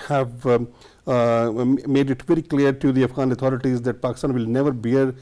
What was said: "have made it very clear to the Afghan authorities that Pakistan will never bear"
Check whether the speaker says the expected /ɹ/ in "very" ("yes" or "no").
yes